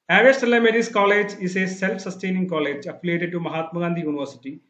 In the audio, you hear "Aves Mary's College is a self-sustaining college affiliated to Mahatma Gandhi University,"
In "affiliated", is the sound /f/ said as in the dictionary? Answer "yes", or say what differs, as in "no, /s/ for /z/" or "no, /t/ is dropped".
no, /p/ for /f/